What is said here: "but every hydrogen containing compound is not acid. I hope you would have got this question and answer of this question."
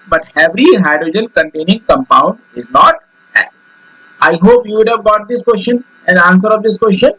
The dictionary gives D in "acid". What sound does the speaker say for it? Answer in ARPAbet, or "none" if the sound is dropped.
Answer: none